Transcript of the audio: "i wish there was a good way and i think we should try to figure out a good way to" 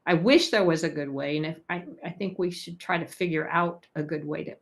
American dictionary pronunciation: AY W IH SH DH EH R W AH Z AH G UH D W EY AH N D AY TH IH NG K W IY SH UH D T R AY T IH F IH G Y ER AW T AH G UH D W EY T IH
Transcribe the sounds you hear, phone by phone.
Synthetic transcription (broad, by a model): AY W IH SH DH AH R W AH Z AH G UH D W EY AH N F AY TH IH NG K W IY SH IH D T R AY T IH F IH G Y ER AW T AH G UH D W EY T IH